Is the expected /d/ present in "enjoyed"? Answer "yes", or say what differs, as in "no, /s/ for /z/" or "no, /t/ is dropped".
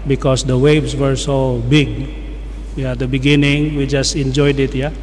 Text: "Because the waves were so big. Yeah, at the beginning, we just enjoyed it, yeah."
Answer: yes